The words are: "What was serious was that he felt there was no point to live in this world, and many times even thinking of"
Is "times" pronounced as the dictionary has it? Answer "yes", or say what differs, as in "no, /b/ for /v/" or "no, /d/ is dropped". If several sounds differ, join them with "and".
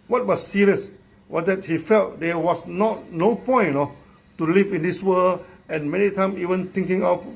no, /z/ is dropped